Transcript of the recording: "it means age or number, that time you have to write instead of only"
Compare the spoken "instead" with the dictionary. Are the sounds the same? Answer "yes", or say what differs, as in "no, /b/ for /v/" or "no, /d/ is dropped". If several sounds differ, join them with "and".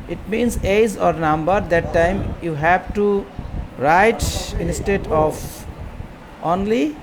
yes